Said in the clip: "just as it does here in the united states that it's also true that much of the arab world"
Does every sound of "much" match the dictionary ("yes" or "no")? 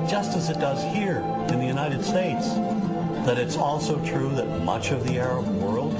yes